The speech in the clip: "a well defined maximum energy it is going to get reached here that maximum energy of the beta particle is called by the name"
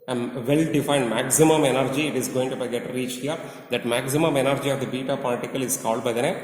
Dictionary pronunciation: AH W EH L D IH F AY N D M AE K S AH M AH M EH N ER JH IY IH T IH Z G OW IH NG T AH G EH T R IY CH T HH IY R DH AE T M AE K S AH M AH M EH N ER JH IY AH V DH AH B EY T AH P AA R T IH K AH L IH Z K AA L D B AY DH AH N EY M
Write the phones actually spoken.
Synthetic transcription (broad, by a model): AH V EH L D IH F AY N D M AE K S AH M AH M EH N ER JH IY IH T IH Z G OW IH NG T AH G EH T R IY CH HH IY R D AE T M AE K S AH M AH M EH N ER JH IY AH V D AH B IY T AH P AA L T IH K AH L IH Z K AA L D B AY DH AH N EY